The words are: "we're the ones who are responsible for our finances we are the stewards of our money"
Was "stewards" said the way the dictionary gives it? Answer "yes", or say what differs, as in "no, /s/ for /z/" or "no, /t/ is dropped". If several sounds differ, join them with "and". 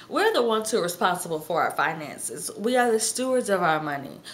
yes